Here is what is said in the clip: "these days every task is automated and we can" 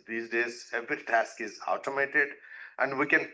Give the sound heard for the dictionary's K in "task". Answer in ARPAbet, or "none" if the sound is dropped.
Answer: K